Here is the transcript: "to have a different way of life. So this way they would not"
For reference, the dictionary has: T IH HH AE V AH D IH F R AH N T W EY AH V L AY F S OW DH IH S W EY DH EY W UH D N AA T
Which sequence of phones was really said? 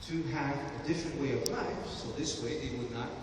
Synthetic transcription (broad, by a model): T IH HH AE V AH D IH F R AH N T W EY AH V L AY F S OW DH IH S W EY DH EY W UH D N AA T